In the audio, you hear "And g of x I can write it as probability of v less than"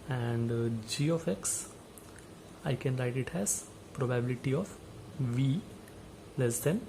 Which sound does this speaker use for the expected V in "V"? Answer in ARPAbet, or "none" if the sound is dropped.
V